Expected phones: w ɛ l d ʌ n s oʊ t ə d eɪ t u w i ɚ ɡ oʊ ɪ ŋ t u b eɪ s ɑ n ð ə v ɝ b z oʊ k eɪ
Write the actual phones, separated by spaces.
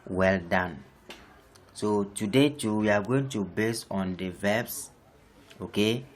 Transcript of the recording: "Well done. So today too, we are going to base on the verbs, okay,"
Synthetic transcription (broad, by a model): w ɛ l d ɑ n s oʊ t ə d eɪ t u w i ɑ ɡ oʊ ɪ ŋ t u b eɪ s ɑ n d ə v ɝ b s oʊ k eɪ